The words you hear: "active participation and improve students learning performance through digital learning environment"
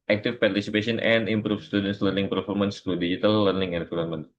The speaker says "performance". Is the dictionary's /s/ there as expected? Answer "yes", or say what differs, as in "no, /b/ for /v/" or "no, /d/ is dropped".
yes